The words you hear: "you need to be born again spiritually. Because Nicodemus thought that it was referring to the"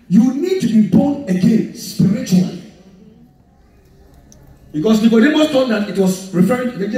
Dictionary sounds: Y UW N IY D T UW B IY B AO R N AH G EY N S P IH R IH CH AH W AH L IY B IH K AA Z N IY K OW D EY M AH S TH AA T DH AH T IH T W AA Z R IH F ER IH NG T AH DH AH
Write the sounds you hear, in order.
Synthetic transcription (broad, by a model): Y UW N IY D T UW B IY B AO N AH G EY N S P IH R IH CH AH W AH L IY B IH K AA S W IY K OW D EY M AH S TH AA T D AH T IH T W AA S R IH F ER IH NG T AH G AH